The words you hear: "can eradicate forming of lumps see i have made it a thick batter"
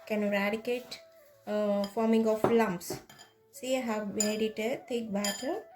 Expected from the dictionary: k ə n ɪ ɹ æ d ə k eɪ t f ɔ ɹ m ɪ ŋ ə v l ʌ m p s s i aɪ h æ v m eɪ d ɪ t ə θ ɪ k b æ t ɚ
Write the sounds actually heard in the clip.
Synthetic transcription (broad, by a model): k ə n ɹ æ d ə k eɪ t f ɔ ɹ m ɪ ŋ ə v l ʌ m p s s i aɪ h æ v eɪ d ɪ t ə t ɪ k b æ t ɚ